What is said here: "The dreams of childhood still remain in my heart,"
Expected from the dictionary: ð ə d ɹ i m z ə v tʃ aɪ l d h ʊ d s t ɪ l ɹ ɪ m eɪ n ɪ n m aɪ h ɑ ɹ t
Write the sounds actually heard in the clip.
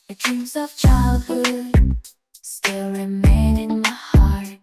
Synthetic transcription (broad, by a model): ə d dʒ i z ə v tʃ aɪ l d h ʊ d s t ɪ l ɹ ɪ m eɪ n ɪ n m aɪ h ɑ ɹ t